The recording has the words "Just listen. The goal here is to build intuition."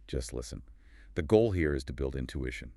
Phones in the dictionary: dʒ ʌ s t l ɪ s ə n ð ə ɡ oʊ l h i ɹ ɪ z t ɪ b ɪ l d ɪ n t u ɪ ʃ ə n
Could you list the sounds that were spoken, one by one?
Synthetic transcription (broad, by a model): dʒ ʌ s t l ɪ s ə n ð ə ɡ oʊ l h i ɹ ɪ z t ɪ b ɪ l d ɪ n t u ɪ ʃ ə n